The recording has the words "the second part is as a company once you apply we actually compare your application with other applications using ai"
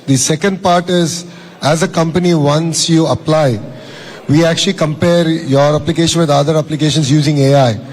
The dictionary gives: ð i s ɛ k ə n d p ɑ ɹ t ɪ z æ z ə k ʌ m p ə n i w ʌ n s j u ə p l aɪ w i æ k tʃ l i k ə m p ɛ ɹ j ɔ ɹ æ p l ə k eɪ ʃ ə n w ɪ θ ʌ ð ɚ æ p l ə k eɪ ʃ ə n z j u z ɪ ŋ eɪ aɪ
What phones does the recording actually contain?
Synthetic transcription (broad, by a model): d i s ɛ k ə n d p ɑ ɹ t ɪ z æ z ə k ʌ m p ə n i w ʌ n s j u ə p l aɪ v i æ k tʃ l i k ə m p ɛ ɹ j ɔ ɹ æ p l ə k eɪ ʃ ə n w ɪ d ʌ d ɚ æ p l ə k eɪ ʃ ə n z j u z ɪ ŋ eɪ aɪ